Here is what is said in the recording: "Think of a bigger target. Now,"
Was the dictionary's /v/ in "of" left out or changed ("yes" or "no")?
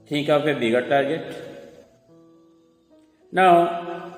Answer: yes